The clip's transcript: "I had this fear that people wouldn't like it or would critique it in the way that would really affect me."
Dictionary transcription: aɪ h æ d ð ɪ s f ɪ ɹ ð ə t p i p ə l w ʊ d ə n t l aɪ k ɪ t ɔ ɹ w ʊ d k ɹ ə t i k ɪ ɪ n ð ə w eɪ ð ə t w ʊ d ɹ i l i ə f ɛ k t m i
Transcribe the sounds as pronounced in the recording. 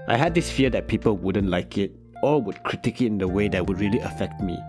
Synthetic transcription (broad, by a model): aɪ h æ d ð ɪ s f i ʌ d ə t p i p ə l w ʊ d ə n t l aɪ k ɪ t ɔ l w ʊ d k ɹ ə t i k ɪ ɪ n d ə w eɪ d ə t w ʊ d ɹ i l i ə f ɛ k t m i